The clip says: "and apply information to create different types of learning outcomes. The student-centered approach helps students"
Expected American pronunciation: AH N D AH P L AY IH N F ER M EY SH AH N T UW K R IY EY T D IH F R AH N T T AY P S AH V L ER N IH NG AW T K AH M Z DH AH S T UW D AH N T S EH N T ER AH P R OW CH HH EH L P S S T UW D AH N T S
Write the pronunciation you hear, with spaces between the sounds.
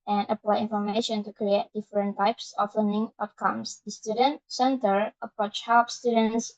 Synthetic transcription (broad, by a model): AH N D AH P L AY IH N F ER M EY SH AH N T UW K R IY EY T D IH F R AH N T T AY P S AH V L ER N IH NG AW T K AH M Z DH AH S T UW D AH N T S EH N T ER AH P R OW CH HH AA P S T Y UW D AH N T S